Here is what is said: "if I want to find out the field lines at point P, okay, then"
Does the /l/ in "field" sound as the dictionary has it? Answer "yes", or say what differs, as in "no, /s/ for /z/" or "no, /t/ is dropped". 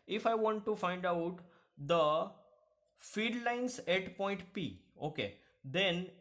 no, /l/ is dropped